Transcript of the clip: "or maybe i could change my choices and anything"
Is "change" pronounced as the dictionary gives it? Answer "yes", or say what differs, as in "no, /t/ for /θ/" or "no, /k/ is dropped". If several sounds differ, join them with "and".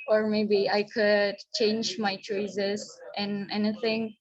yes